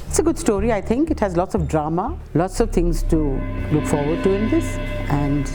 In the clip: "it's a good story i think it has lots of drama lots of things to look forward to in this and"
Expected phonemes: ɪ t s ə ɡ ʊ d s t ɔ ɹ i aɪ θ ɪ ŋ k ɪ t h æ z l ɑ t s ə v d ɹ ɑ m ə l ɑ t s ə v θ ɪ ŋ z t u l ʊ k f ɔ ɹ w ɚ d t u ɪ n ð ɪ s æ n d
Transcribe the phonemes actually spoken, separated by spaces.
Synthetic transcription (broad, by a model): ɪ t s ə ɡ ʊ d s t ɔ ɹ i aɪ t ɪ ŋ k ɪ t h æ z l ɑ t s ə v d ɹ ɑ m ə l ɑ t s ə v t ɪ ŋ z t u l ʊ k f ɔ ɹ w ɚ d t u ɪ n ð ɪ s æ n d